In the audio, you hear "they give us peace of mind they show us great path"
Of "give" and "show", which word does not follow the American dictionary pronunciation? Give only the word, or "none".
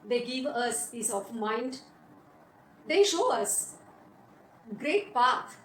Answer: none